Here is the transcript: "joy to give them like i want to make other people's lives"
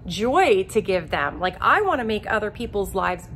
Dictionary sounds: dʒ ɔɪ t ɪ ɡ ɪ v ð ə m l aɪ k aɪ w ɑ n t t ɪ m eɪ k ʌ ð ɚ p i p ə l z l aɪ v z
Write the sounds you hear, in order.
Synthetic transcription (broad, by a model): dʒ ɔɪ t ɪ ɡ ɪ v ð ə m l aɪ k aɪ w ɑ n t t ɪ m eɪ k ʌ ð ɚ p i p l z l aɪ v z